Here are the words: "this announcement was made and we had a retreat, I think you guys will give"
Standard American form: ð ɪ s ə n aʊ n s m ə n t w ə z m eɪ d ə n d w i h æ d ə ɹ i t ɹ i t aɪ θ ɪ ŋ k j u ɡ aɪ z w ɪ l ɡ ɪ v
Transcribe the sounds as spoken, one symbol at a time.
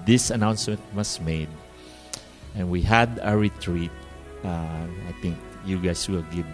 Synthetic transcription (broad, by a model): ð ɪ s ə n aʊ n s m ə n t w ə s m eɪ d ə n w i h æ d ə ɹ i t ɹ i t aɪ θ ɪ ŋ k j u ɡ aɪ s w ɪ l ɡ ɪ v